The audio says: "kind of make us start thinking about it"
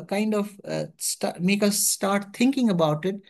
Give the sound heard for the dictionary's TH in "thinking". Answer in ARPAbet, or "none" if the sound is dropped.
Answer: T